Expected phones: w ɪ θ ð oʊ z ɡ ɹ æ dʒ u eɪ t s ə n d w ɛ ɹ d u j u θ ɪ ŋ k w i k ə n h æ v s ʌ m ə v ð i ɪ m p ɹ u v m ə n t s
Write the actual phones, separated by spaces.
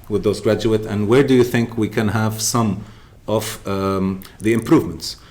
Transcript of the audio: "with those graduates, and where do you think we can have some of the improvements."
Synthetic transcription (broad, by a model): w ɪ ð oʊ z ɡ ɹ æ dʒ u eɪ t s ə n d w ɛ ɹ d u j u θ ɪ ŋ k w i k ə n h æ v s ʌ m ə v ð i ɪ m p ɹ u v m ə n t s